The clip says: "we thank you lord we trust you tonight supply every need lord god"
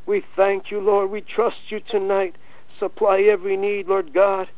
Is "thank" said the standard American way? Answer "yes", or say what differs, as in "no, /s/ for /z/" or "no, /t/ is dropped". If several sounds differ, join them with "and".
yes